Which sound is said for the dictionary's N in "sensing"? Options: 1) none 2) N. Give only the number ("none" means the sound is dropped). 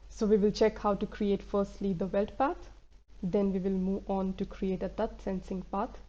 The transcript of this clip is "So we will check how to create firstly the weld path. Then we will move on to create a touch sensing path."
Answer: 2